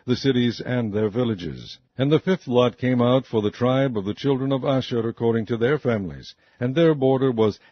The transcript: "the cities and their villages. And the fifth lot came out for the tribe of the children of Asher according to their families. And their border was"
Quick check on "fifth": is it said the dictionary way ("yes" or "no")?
yes